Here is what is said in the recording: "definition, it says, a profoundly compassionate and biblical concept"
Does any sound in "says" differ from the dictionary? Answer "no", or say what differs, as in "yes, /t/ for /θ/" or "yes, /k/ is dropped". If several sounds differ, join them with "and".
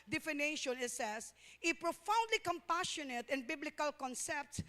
yes, /s/ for /z/